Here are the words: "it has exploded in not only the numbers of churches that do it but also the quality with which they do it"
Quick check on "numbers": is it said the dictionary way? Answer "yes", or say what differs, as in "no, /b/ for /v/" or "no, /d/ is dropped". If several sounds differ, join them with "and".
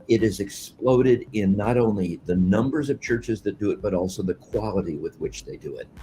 yes